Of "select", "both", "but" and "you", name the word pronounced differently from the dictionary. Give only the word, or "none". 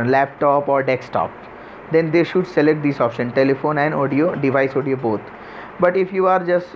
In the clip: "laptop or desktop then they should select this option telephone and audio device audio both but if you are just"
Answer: both